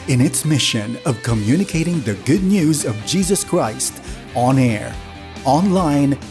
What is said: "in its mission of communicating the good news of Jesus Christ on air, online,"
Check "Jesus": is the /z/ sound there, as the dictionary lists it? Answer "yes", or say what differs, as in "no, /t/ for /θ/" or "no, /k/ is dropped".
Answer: yes